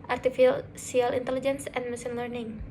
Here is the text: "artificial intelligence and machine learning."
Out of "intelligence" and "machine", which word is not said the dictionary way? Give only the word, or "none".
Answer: machine